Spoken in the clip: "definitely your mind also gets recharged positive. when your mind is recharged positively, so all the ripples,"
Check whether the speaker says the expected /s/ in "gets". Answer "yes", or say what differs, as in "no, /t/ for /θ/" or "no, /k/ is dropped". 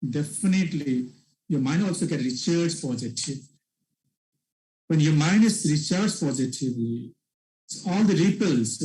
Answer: no, /s/ is dropped